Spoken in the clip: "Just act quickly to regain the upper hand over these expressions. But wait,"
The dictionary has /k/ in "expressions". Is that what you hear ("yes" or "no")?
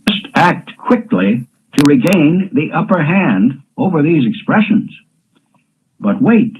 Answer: yes